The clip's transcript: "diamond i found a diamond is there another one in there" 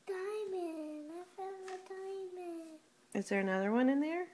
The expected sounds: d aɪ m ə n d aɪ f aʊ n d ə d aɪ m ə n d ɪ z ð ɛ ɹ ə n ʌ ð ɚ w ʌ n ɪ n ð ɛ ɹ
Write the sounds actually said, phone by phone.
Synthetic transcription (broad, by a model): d aɪ m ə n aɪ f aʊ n ə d aɪ m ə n ɪ z ð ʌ ɹ ə n ʌ ð ɚ w ʌ n ɪ n ð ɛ ɹ